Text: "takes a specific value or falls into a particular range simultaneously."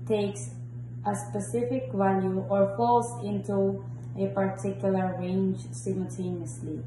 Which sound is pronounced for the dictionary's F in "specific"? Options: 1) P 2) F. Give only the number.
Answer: 2